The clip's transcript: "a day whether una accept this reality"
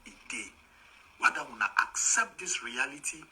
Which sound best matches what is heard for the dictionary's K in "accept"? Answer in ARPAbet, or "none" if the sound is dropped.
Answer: K